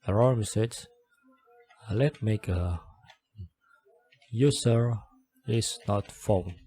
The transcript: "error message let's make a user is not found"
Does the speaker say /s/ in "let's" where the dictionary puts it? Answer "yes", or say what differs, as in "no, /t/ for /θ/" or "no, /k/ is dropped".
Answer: no, /s/ is dropped